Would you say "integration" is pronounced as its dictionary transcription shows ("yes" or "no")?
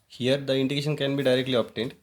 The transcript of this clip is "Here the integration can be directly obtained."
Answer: no